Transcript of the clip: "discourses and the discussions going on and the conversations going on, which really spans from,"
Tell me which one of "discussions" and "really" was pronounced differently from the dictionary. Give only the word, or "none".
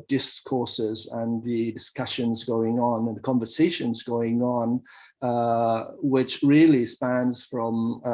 none